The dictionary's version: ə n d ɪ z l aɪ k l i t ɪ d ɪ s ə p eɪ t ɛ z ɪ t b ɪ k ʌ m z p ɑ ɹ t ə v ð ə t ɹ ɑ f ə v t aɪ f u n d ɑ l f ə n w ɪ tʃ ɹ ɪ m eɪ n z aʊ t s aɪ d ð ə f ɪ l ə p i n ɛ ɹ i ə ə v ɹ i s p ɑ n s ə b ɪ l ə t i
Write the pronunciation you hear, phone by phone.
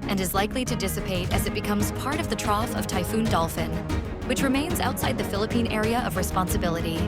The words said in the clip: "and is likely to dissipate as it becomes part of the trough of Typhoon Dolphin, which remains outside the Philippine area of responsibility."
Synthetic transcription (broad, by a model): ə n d ɪ z l aɪ k l i t ɪ d ɪ s ə p eɪ t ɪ z ɪ t b ɪ k ʌ m z p ɑ ɹ t ə v ð ə t ɹ ɑ f ə v t aɪ f u n d ɑ l f ə n w ɪ tʃ ɹ ɪ m eɪ n z aʊ t s aɪ d ð ə f ɪ l ə p i n ɛ ɹ i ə ə v ɹ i s p ɑ n s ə b ɪ l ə t i